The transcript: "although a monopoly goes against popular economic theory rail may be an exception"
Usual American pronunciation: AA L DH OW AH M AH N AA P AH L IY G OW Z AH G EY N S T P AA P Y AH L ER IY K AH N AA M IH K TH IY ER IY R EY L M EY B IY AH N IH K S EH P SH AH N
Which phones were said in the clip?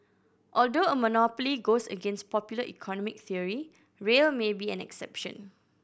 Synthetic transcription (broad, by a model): AA L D OW AH M AH N AA P AH L IY G OW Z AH G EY N S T P AA P Y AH L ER IY K AH N AA M IH K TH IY ER IY R EY L M EY B IY AH N IH K S EH P SH AH N